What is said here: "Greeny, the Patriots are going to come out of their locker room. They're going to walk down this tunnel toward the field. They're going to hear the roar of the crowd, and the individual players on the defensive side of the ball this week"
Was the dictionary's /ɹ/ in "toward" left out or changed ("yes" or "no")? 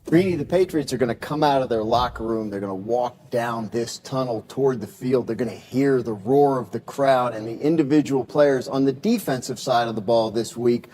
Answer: no